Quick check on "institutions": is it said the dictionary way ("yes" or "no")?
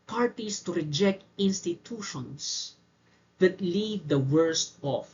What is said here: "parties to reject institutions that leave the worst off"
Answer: no